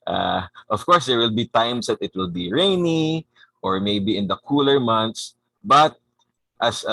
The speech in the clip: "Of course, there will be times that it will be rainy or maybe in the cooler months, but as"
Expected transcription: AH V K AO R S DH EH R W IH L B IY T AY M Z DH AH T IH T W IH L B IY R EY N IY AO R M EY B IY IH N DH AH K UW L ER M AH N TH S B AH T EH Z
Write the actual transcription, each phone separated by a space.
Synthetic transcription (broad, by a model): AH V K AO R S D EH R W IH L B IY T AY M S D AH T IH T W IH L B IY R EY N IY AO R M EY B IY IH N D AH K UW L ER M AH N T S B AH T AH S